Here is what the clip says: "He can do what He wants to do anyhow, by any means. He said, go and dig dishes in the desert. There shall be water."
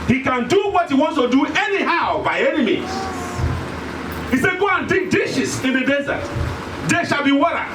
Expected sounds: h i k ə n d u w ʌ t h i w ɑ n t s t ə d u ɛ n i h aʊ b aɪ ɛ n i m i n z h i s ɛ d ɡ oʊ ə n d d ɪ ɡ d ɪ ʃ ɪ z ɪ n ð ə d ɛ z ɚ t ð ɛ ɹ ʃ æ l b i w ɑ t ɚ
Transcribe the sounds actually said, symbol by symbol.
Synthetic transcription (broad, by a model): h i k ə n d u w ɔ t h i w ɑ n t s t ə d u ɛ n i h aʊ b aɪ ɛ n i m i z h i s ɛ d ɡ oʊ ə n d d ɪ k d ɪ ʃ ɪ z ɪ n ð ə d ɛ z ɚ t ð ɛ ʃ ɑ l b i w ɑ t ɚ